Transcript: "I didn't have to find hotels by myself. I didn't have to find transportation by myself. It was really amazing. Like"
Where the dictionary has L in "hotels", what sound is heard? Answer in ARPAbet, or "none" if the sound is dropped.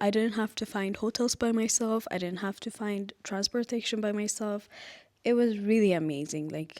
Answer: L